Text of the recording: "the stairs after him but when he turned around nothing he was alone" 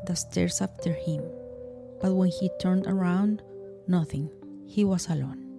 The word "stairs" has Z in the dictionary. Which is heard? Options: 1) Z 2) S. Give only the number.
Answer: 2